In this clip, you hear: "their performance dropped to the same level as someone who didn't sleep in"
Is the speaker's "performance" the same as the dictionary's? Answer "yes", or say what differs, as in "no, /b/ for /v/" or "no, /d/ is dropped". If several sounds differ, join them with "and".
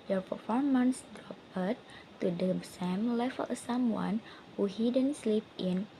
yes